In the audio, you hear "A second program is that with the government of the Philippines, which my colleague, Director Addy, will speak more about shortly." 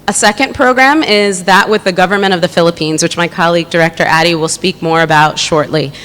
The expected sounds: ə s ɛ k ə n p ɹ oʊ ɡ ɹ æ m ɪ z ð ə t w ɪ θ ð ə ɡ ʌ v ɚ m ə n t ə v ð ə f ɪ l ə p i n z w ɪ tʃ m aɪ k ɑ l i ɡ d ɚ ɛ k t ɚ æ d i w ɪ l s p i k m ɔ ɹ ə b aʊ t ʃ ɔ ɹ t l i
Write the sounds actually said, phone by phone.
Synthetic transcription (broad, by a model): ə s ɛ k ə n p ɹ oʊ ɡ ɹ æ m ɪ z ð ə t w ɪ ð ə ɡ ʌ v ɚ m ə t ə v ð ə f ɪ l ə p i n z w ɪ tʃ m aɪ k ɑ l i ɡ d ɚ ɛ k t ɚ æ d i w ɪ l s p i k m ɔ ɹ ə b aʊ t ʃ ɔ ɹ t l i